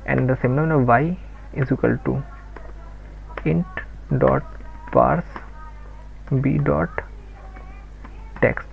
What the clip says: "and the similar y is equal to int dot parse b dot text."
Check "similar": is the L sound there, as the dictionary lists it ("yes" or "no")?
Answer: no